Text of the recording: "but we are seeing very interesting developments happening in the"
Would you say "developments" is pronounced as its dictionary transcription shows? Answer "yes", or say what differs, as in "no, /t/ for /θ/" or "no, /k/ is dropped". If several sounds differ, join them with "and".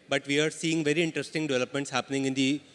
yes